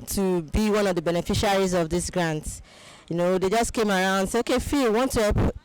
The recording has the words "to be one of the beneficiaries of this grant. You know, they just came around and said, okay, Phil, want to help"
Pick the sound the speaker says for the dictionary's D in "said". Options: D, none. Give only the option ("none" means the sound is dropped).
none